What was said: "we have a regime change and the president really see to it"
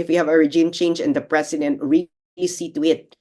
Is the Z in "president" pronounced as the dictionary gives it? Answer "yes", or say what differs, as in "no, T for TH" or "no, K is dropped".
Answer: no, S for Z